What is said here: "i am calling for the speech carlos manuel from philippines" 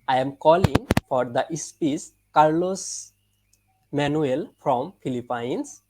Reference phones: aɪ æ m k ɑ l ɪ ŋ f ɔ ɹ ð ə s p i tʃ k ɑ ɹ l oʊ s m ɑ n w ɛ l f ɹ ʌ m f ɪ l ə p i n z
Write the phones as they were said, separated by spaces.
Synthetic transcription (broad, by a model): aɪ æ m k ɑ l ɪ ŋ f ɔ ɹ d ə s p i s k ɑ ɹ l oʊ s m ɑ n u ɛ l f ɹ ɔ m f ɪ l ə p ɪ n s